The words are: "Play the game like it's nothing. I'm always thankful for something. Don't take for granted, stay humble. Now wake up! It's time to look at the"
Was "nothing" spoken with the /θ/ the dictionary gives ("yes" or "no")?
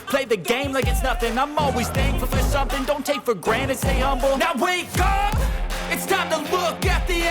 yes